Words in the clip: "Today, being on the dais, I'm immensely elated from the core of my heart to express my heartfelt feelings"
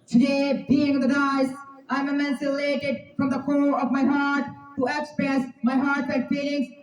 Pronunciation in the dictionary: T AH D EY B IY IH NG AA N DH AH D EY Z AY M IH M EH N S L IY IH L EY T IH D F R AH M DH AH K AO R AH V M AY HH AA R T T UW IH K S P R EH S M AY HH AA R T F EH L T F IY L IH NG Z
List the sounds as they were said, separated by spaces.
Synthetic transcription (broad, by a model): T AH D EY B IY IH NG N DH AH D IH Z AY M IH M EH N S IH L EY T IH D F R AH M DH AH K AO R AH V M AY HH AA R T T UW IH K S P R EH S M AY HH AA R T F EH T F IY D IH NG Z